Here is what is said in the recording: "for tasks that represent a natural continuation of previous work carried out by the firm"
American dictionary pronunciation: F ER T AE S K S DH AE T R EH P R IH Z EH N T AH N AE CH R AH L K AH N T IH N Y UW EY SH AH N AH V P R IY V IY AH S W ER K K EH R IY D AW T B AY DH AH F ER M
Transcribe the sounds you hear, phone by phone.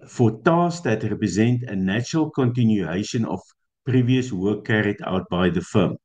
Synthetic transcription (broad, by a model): F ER T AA S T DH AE T R EH P R IH Z EH N T AH N AE CH R AH L K AH N T IH N Y UW EY SH AH N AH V P R IY V IY AH S W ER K K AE R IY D AW T B AY DH AH F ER M